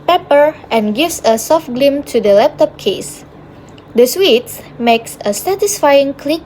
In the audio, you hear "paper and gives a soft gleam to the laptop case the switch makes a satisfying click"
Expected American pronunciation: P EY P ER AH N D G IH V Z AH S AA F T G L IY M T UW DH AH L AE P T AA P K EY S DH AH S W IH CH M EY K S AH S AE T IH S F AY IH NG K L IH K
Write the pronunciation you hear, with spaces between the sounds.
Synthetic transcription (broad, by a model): P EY P ER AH N G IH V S AH S AA F T G L IY M T UW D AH L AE P T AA P K EY S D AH S W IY S M EY K S AH S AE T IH S F AY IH NG K L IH K